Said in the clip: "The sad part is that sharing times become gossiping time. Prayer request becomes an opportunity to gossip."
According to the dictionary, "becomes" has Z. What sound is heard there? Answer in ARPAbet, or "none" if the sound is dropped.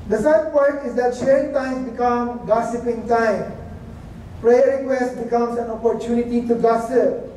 S